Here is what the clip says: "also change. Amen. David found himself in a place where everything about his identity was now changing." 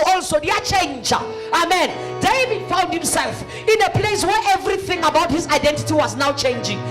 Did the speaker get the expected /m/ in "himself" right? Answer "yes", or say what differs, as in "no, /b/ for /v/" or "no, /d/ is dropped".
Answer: yes